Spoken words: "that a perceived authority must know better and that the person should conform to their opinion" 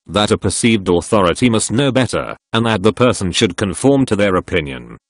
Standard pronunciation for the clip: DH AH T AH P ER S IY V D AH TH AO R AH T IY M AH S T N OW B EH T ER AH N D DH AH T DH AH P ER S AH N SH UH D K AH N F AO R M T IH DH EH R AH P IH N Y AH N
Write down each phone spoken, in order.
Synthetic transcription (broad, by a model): DH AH T AH P ER S IY V D AH TH AO R AH T IY M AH S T N OW B EH T ER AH N DH AH T DH AH P ER S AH N SH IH D K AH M F AO R M T IH DH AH R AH P IH N Y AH N